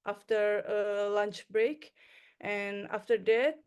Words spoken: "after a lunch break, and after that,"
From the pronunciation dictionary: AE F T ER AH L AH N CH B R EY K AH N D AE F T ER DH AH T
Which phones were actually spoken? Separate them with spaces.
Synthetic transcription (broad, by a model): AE F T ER AH L AH N CH B R EY K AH N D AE F T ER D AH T